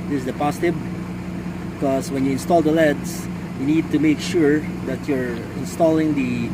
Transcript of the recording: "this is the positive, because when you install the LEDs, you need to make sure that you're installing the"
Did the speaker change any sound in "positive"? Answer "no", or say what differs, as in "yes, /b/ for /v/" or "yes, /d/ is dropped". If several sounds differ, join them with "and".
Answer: yes, /s/ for /z/ and /b/ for /v/